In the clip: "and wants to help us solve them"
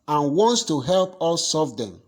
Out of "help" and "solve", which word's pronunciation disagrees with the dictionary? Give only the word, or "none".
solve